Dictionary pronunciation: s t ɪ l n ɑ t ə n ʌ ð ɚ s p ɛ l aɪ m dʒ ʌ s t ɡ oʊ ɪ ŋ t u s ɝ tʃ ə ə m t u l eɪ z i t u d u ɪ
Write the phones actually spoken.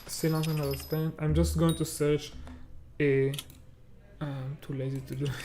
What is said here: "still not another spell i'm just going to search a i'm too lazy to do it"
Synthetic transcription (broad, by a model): s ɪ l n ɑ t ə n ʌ ɚ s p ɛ n aɪ m dʒ ʌ s t ɡ oʊ ɪ ŋ t u s ɝ tʃ ə ə m t u l eɪ z i t u d u